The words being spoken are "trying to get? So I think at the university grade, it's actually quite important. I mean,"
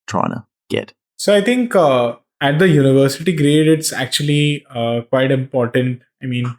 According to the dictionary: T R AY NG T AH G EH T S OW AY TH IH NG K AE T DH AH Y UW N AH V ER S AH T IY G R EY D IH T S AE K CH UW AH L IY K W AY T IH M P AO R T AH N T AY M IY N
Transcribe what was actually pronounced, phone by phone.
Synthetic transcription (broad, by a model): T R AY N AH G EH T S OW AY T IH NG K AE T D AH Y UW N AH V ER S AH T IY G R EY D IH T S AE K CH UW AH L IY K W AY T IH M P AO R T AH N T AY M IY N